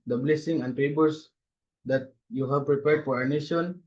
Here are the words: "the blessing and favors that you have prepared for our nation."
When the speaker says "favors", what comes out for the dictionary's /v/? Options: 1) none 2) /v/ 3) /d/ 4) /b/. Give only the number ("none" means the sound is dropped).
4